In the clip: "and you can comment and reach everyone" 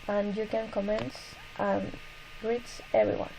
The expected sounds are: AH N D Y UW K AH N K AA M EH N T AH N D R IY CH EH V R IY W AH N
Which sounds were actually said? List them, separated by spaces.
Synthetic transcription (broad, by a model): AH N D Y UW K AH N K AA M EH N T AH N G R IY S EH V R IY W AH N